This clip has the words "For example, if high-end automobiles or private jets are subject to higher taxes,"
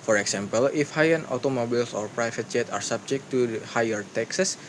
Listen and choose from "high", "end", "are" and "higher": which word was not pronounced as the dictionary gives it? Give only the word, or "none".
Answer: end